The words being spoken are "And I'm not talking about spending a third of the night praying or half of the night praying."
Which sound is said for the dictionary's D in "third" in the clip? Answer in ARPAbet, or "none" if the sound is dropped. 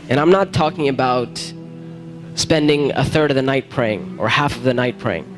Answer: D